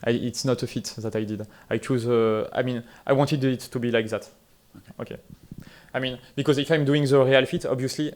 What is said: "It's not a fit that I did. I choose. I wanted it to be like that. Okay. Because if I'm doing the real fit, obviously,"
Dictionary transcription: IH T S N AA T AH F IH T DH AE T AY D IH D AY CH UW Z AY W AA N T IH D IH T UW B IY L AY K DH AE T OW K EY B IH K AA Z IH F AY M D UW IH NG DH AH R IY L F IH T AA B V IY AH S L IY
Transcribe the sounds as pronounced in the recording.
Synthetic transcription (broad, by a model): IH T S N AA T AH F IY T DH AE T AY D IH D AY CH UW Z AY W AA N T IH D IH T UW B IY L AY K DH AE T OW K EY B IH K AA Z IH F AY M D UW IH NG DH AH R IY L F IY T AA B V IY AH S L IY